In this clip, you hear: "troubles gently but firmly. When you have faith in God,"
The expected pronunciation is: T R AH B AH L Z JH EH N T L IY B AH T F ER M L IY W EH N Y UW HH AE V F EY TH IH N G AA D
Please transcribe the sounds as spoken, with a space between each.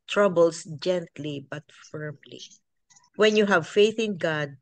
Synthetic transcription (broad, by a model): T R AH B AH L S JH EH N T L IY B AH T F ER M L IY W EH N Y UW HH AE V F EY TH IH N G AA D